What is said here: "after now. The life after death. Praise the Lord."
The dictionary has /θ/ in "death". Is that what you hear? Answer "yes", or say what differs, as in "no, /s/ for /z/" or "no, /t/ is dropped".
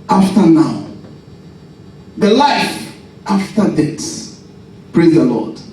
no, /s/ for /θ/